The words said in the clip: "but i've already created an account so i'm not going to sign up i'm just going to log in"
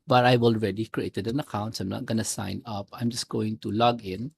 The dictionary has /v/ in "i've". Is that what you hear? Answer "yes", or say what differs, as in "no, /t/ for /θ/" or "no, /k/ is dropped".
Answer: no, /w/ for /v/